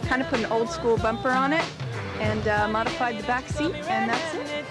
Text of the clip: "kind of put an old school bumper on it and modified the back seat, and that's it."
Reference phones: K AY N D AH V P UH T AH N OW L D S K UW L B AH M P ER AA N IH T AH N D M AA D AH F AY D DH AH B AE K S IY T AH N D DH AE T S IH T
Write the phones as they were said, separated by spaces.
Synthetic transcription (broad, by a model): K AY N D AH P UH T N OW L D S K UW L B AH M P ER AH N IH T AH N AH M AA D AH F AY D DH AH B AE K S IY T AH N DH AE T S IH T